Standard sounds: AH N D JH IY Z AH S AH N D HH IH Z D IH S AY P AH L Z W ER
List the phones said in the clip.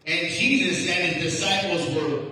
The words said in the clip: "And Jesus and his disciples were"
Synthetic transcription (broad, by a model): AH N JH IY Z AH S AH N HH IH Z D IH S AY P L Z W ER